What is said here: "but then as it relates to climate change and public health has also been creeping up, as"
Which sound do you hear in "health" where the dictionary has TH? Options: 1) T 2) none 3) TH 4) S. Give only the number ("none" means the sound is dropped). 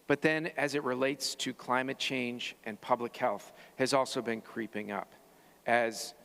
3